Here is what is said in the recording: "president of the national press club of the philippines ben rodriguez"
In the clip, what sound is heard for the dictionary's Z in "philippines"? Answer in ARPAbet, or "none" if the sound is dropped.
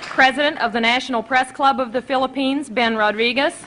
Z